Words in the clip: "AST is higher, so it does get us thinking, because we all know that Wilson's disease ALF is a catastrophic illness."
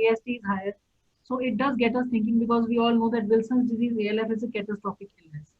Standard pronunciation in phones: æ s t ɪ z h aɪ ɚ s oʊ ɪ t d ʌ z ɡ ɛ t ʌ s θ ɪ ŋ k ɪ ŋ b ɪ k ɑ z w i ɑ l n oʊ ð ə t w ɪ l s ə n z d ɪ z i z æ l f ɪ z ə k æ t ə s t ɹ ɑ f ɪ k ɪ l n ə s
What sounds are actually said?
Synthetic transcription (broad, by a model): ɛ s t ɪ z h aɪ ɚ s oʊ ɪ t d ʌ z ɡ ɛ t ʌ s t ɪ ŋ k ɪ ŋ b ɪ k ɑ z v i ɑ l n oʊ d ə t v ɪ l s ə n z d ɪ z i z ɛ l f ɪ z ə k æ t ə s t ɹ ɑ p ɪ k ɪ l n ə s